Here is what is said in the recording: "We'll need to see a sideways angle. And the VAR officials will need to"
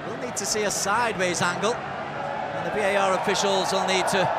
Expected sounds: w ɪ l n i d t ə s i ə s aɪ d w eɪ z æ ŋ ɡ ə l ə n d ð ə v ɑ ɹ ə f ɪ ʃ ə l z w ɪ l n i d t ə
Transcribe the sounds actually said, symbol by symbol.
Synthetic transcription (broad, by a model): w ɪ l n i d t ə s i ə s aɪ d w eɪ z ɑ ŋ ɡ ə l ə n ð ə b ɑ ɹ ə f ɪ ʃ ə l z w ɪ l n i d t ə